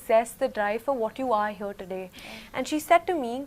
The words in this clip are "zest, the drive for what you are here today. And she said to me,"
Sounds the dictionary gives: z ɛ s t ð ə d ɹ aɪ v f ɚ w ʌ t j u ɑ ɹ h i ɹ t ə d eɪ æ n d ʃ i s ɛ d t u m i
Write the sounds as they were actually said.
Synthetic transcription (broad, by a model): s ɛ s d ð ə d ɹ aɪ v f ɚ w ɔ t j u ɑ ɹ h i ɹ t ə d eɪ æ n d ʃ i s ɛ d t u m i